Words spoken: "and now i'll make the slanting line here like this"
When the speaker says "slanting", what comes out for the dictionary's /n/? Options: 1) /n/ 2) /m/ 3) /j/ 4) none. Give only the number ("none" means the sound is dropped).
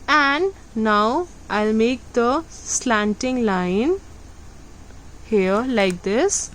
1